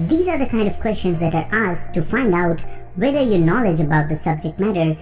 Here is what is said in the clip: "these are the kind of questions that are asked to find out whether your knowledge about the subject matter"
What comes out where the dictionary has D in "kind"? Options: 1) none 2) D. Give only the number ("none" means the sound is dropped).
2